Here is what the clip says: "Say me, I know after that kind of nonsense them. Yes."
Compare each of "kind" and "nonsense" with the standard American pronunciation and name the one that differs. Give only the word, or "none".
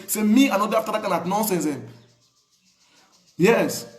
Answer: kind